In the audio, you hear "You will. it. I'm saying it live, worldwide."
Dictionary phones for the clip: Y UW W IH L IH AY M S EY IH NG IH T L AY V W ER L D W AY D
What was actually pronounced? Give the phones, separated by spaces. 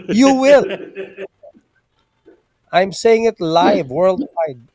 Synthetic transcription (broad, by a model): Y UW W IH L AY M S EY IH NG IH T L AY V W ER L D W AY D